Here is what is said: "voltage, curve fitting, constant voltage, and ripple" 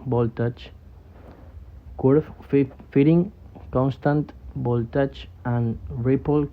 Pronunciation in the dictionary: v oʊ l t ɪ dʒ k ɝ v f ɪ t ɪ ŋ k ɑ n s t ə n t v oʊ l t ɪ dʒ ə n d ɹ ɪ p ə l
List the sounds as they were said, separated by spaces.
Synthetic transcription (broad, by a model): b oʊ l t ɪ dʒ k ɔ f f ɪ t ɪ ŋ k ɑ n s t ə n t b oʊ l t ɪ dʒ ə n d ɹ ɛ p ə l